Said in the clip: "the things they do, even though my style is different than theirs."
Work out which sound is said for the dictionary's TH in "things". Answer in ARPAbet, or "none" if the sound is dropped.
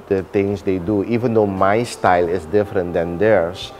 T